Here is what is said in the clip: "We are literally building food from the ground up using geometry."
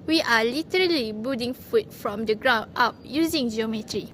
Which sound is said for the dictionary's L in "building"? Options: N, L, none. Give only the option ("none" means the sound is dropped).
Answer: none